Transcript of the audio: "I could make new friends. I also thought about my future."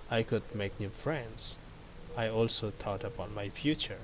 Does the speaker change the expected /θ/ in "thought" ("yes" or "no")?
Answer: yes